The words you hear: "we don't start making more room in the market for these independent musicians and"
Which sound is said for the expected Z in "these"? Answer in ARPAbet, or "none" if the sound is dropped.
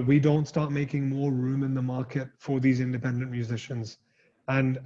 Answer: Z